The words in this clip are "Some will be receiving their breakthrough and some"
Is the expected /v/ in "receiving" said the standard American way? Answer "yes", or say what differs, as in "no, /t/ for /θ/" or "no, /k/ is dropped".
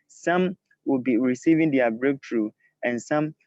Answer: yes